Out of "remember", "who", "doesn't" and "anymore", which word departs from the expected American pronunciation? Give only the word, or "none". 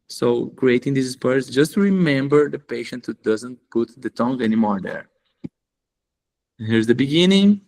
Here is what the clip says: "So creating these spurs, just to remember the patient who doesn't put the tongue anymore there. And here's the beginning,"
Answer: none